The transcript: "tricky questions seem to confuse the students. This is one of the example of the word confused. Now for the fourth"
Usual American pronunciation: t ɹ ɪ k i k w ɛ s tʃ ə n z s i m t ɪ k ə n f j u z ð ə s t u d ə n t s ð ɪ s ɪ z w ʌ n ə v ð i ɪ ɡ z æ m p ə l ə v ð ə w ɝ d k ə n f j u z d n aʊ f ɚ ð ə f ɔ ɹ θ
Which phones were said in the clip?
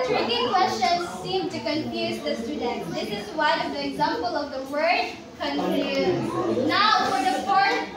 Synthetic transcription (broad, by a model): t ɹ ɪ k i k w ɛ s tʃ ə n z s i m t ɪ k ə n f j u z ð ə s t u d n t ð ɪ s ɪ z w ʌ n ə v ð i ɪ ɡ z æ m p ə l ə v ð ə w ɝ d k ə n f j u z n aʊ f ɚ ð ə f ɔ ɹ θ